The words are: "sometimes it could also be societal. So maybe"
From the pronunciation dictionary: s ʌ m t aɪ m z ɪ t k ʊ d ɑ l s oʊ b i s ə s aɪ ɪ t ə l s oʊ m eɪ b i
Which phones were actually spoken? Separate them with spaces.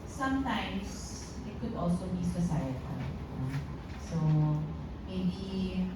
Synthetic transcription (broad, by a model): s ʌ m t aɪ m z ɪ t k ʊ d ɑ l s oʊ b i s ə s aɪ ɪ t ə n s oʊ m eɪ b i